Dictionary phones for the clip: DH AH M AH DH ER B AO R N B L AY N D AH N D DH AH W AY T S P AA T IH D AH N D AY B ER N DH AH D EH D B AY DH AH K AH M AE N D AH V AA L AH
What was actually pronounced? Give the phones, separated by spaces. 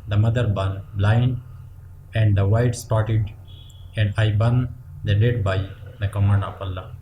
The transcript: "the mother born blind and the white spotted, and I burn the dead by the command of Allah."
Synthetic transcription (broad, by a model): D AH M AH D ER B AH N B L AY N D AH N D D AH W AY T S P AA T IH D AH N D AY B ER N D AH D EH D B AY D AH K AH M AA N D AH F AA L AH